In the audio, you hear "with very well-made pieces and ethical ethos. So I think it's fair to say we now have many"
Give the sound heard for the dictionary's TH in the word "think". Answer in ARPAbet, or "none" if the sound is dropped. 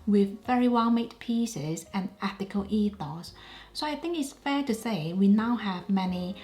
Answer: TH